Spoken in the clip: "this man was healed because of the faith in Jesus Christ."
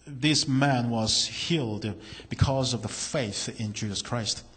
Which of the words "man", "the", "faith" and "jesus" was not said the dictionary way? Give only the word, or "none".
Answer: none